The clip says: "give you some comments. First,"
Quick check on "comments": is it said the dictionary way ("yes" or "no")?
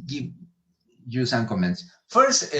yes